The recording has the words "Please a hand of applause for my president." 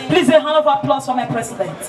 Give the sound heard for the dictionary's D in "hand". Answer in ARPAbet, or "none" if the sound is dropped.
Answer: none